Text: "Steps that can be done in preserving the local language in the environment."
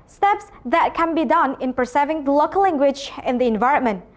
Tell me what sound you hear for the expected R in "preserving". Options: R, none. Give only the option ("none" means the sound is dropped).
none